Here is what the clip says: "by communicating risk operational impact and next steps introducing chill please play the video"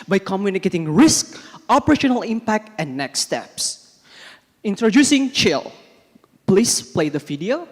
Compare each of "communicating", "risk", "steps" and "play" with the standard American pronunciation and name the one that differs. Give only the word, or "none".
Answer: none